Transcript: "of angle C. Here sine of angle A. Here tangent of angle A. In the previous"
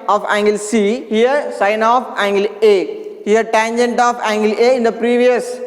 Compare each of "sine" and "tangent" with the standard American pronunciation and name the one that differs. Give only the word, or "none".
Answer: none